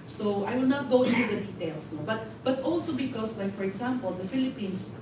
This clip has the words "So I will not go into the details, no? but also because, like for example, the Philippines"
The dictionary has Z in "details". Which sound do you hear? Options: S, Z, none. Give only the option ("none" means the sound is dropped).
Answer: S